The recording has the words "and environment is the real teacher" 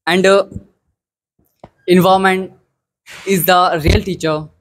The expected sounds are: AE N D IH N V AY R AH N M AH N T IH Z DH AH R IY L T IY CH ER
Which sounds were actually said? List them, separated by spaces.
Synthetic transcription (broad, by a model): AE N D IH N V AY AH M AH N T IH Z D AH R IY L T IY CH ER